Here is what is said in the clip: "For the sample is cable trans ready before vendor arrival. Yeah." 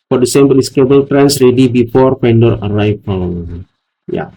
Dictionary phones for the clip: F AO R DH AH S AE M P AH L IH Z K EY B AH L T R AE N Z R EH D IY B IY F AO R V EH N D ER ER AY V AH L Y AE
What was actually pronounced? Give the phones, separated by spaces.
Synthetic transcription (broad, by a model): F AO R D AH S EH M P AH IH S K EY B AH L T R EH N S R EH D IY B IY F AO R P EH N D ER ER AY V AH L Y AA